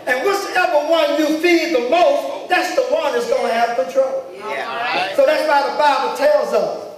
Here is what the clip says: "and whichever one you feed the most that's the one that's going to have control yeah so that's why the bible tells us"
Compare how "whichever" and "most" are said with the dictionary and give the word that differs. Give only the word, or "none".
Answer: whichever